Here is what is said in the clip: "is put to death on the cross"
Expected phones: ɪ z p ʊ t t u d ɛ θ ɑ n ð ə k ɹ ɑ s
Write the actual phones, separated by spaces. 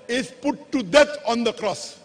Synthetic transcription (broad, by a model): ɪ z p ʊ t t u d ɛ t ɑ n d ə k ɹ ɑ s